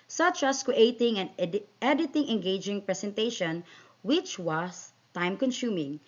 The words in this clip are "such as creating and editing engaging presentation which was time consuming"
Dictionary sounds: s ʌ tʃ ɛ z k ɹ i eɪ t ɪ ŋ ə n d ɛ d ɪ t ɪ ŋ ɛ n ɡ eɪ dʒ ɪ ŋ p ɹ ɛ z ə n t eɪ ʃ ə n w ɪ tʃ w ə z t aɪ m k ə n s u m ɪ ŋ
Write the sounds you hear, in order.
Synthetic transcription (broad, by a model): s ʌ tʃ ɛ s k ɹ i eɪ t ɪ ŋ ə n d ɛ d ɪ t ɪ ŋ ɛ n ɡ eɪ dʒ ɪ ŋ p ɹ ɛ s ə n t eɪ ʃ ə n w ɪ tʃ w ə s t aɪ m k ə n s u m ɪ ŋ